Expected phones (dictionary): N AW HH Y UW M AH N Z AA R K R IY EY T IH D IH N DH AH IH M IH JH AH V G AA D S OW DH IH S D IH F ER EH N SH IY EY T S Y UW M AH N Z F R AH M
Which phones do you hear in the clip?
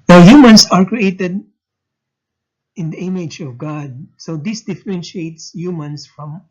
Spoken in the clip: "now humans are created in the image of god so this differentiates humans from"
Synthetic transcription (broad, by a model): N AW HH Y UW M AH N S AA R K R IY EY T IH D IH N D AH IH M IH JH AH V G AA D S OW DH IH S D IH F ER EH N SH IY EY T S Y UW M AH N S F R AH M